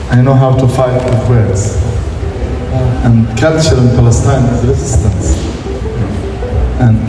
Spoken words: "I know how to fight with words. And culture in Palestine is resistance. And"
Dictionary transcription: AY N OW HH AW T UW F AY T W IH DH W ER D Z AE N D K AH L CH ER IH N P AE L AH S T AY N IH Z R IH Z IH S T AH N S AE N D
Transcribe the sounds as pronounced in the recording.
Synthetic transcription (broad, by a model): AY N OW HH AW T UW F AY T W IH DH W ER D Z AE N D K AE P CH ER IH N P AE L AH S T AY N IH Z R IH Z IH S T AH N S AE N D